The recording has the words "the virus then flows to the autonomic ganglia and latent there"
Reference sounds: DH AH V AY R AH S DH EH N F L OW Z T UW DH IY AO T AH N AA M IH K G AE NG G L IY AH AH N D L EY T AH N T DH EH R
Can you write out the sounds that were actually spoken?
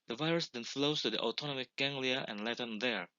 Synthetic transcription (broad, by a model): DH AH V AY R AH S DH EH N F L OW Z T UW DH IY AO T AH N AA M IH K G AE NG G L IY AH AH N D L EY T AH N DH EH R